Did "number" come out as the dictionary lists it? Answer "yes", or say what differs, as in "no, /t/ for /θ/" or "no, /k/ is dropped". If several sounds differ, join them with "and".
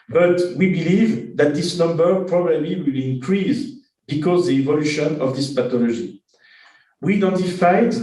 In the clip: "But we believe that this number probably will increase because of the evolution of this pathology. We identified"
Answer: yes